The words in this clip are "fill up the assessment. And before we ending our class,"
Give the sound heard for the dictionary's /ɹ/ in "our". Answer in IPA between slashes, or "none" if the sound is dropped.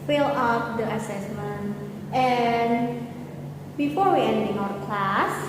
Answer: /w/